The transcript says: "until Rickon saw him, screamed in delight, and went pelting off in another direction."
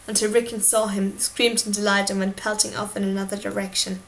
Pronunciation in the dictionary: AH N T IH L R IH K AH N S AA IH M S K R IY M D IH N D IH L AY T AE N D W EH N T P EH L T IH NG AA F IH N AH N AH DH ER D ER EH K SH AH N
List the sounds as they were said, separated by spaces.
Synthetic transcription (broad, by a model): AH N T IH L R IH K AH N S AA IH M S K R IY M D IH N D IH L AY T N W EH N P EH L T IH NG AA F IH N AH N AH DH ER D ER EH K SH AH N